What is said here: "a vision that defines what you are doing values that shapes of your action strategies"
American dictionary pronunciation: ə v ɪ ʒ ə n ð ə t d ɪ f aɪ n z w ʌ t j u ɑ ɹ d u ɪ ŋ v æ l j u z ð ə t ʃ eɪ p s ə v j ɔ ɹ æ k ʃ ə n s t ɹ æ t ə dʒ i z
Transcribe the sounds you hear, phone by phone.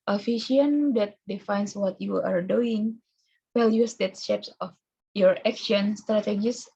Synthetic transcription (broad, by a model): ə f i ʃ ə n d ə t d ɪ f aɪ n s w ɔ t j u ɑ ɹ d u ɪ ŋ w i l j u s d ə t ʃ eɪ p s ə f j ɔ ɹ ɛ k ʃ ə n s t ɹ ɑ t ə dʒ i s